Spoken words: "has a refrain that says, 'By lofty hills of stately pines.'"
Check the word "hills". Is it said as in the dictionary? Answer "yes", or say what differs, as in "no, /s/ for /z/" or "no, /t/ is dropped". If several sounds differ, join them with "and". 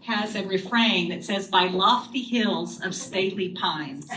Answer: yes